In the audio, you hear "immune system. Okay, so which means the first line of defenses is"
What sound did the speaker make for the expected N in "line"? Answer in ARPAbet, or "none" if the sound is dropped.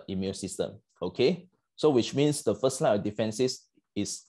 none